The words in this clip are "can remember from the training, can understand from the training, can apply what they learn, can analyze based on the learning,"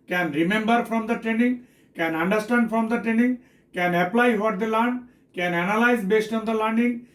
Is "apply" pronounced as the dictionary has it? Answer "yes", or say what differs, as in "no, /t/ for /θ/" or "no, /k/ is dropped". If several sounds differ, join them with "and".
yes